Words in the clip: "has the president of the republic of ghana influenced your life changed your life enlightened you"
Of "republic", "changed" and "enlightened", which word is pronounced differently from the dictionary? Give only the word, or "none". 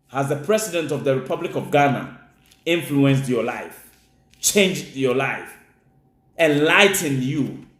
none